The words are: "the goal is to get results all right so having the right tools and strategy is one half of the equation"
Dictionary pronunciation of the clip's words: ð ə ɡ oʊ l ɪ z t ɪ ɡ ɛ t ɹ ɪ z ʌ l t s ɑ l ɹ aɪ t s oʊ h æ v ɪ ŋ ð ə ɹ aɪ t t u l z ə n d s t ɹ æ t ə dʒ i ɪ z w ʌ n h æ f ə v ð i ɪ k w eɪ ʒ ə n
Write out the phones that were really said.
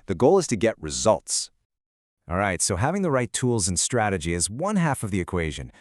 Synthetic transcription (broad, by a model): ð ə ɡ oʊ l ɪ z t ɪ ɡ ɛ t ɹ ɪ z ʌ l t s ɑ l ɹ aɪ t s oʊ h æ v ɪ ŋ ð ə ɹ aɪ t t u l z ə n s t ɹ æ t ə dʒ i ɪ z w ʌ n h æ f ə v ð i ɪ k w eɪ ʒ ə n